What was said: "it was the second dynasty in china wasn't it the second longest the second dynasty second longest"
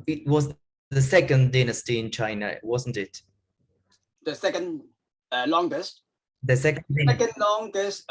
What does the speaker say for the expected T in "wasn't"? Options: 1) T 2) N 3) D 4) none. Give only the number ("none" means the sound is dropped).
1